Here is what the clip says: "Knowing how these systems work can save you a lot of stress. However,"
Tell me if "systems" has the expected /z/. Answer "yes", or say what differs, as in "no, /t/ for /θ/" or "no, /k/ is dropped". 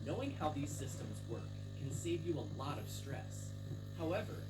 yes